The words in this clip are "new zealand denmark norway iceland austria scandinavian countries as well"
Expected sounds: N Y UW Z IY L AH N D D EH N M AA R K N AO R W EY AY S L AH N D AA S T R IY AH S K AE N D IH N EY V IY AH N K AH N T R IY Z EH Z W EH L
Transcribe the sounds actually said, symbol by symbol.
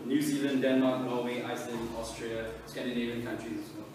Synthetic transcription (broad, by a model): N Y UW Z IY L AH N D D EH N M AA K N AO L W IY AY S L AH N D AA S T R IY AH S K AE N D IH N EY V IY AH N K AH N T R IY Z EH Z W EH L